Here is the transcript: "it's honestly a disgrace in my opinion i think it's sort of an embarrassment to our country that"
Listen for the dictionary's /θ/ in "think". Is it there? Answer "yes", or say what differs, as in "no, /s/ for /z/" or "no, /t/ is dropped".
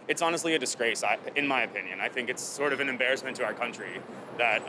yes